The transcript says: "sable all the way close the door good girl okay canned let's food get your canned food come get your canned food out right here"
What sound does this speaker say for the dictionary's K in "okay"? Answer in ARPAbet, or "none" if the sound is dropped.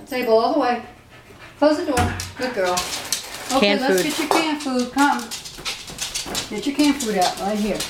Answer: none